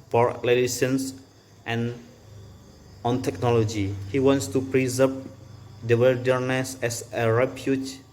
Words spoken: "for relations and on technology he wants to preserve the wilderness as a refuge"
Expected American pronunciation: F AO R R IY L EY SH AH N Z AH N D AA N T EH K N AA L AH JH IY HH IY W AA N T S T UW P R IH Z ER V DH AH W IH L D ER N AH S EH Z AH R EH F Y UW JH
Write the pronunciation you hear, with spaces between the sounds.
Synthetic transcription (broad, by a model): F AO R L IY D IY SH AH N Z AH N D AA N T EH K N AA L AH JH IY HH IY W AA N T S T UW P R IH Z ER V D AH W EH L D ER N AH S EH S AH R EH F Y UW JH